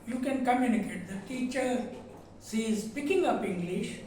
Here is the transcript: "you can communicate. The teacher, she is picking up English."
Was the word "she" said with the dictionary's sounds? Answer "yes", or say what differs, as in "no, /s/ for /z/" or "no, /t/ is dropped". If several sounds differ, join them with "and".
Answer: no, /s/ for /ʃ/